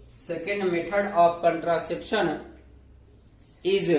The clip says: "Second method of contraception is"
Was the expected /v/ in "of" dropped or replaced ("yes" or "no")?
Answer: yes